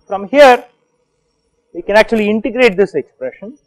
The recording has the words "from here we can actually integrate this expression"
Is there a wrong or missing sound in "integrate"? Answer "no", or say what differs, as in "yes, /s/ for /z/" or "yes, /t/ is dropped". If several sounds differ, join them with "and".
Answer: no